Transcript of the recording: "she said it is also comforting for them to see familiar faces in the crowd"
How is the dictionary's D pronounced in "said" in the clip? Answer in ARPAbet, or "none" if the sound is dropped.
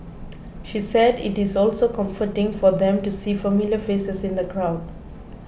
D